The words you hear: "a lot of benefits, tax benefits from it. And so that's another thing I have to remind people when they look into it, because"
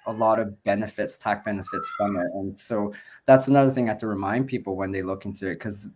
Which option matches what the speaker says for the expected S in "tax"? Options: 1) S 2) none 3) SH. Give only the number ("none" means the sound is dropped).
2